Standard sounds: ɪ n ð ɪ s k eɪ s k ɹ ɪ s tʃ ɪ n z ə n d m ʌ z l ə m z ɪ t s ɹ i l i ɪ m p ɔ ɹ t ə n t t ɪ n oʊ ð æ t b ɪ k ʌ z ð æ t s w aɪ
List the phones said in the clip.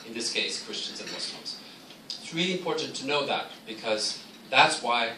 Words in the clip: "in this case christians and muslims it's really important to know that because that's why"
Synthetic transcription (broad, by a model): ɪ n ð ɪ s k eɪ s k ɹ ɪ s tʃ ɪ n z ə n m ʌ s l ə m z ɪ t s ɹ i l i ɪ m p ɔ ɹ t n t t ɪ n oʊ ð æ t b ɪ k ʌ z ð æ t s w aɪ